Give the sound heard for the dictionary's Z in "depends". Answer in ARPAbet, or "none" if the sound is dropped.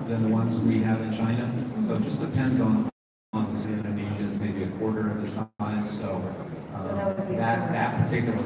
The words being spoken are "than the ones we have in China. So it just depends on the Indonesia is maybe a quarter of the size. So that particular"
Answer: Z